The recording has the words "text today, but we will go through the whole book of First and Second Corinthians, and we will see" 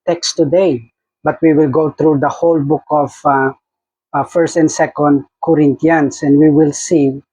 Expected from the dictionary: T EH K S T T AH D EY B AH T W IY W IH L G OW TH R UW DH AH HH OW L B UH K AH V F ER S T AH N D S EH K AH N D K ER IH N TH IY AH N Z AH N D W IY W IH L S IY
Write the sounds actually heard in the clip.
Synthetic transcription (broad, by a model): T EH K S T T AH D EY B AH T W IY W IH L G OW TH R UW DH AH HH OW L B UH K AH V F ER S T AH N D S EH K AH N D K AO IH N T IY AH N S AH N D W IY W IH L S IY